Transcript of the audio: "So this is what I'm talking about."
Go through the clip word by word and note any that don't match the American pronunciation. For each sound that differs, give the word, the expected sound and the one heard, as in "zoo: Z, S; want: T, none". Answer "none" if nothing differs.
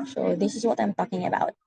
none